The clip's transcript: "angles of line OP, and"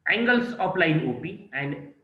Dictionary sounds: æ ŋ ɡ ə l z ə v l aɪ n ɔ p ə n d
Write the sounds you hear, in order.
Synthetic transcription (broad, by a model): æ ŋ ɡ ə l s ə p l aɪ n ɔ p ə n d